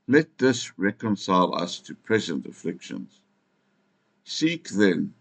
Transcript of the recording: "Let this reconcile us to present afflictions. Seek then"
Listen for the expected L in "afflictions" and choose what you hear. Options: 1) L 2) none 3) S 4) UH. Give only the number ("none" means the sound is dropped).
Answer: 1